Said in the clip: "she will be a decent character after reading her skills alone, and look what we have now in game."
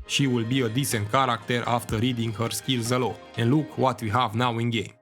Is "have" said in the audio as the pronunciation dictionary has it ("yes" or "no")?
yes